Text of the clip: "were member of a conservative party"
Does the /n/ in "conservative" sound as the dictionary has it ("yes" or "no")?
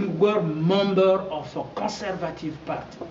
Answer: yes